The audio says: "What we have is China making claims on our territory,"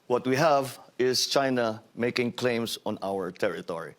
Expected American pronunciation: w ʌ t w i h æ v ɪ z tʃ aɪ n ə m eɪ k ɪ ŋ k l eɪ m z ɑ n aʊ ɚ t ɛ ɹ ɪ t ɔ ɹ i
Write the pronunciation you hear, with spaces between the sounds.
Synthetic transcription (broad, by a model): w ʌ t w i h æ v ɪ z tʃ aɪ n ə m eɪ k ɪ ŋ k l eɪ m s ɑ n aʊ ɚ t ɛ ɹ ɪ t ɔ ɹ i